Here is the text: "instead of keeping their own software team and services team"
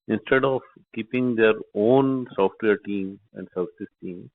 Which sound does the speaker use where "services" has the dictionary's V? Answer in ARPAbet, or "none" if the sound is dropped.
none